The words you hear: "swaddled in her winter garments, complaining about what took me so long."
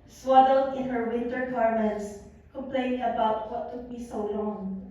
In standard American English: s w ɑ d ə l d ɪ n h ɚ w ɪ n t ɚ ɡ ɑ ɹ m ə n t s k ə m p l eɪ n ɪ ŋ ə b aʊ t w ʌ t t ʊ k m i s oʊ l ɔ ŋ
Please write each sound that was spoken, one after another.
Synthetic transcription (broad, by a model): s w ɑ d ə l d ɪ n h ɚ w ɪ n t ɚ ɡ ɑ ɹ m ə n t s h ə p l eɪ ɪ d ə b aʊ t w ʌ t t ʊ k m i s oʊ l ɔ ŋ